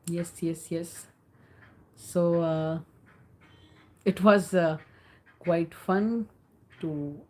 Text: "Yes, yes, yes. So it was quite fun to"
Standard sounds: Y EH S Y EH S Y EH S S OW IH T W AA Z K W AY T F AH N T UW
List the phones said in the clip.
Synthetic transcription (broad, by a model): Y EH S Y EH S Y EH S S OW IH T W AA Z K W AY T F AH N T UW